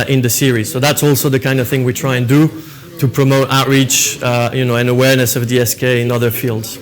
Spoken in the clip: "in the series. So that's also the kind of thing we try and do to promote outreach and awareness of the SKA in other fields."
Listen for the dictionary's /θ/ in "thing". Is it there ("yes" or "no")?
yes